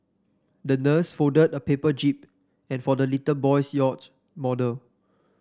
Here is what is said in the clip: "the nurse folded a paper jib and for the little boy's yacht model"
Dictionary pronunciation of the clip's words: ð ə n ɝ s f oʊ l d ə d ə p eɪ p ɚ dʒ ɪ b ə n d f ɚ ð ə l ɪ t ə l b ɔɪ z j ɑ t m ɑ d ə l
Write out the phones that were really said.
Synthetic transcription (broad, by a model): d ə n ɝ s f oʊ d ə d ə p eɪ p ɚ dʒ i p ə n f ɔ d ə l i t ə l b ɔɪ s j ɑ t m ɑ d ə l